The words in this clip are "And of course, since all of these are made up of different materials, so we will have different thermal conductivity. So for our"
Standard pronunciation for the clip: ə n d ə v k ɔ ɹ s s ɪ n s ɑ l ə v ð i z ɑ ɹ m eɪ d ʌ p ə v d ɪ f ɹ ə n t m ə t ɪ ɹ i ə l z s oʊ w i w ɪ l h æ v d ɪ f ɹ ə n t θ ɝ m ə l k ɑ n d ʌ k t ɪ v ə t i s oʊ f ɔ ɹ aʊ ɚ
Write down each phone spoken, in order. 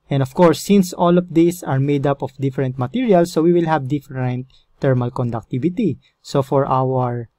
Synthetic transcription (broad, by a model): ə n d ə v k ɔ ɹ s s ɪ n s ɑ l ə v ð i s ɑ ɹ m eɪ d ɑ p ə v d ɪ f ɹ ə n t m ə t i ɹ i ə l s oʊ w i w ɪ l h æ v d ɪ f ɹ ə n t ɝ m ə l k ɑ n d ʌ k t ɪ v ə t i s oʊ f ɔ ɹ aʊ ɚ